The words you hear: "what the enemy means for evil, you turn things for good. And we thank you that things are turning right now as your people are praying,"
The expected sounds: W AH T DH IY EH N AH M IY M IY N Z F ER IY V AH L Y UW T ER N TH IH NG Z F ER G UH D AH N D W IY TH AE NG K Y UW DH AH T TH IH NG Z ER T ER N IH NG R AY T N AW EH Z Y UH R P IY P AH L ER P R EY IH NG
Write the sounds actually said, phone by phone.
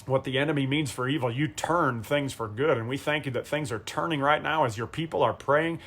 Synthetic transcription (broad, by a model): W AH T DH IY EH N AH M IY M IY N Z F ER IY V L Y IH T ER N TH IH NG Z F ER G UH D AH N W IY TH AE NG K Y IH DH AH T TH IH NG Z ER T ER N IH NG R AY T N AW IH Z Y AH R P IY P L ER P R EY IH NG